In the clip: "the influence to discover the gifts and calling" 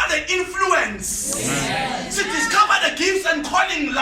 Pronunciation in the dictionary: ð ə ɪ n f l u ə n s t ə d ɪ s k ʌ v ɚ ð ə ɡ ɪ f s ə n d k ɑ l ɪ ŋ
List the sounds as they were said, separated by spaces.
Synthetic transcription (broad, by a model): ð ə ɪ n f l u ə n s s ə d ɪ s k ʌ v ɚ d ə ɡ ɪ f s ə n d k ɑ l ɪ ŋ